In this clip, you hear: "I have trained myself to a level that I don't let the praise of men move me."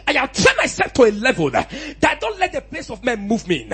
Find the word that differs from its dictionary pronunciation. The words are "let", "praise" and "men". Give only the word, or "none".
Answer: praise